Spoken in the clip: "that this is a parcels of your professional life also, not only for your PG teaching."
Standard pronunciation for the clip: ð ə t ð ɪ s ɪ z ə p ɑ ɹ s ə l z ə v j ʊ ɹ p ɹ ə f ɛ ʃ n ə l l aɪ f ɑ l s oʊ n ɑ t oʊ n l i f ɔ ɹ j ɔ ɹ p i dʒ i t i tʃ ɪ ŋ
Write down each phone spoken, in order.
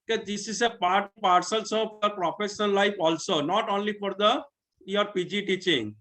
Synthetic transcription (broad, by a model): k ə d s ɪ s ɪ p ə p ɑ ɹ s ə l s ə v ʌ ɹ p ɹ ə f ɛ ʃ ə n l aɪ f ɑ l s oʊ n ɑ t oʊ n l i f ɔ ɹ j ɔ ɹ p i dʒ i t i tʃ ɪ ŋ